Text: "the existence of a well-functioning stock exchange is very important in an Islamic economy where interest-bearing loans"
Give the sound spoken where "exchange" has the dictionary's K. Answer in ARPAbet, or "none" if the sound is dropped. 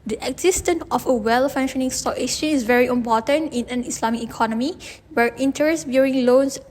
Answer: none